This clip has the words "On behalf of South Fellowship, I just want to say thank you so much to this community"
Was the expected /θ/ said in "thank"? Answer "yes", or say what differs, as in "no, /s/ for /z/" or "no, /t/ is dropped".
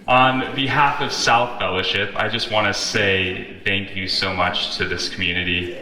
yes